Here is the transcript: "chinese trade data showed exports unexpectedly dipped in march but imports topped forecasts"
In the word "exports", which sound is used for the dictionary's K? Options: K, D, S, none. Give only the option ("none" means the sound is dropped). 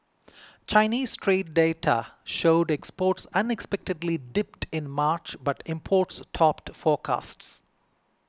K